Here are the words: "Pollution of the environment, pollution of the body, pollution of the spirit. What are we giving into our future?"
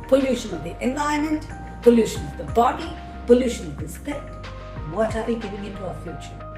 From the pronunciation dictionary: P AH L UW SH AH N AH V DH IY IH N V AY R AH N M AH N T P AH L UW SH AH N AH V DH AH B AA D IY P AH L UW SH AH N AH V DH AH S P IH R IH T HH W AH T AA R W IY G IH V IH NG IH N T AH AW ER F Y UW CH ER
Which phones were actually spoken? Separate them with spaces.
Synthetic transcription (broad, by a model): P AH L UW SH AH N AH V DH IY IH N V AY AH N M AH N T P AH L UW SH AH N AH V DH AH B AA D IY P AH L UW SH AH N AH V DH AH S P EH IH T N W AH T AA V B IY G IH V IH NG IH N T AH AW ER F Y UW CH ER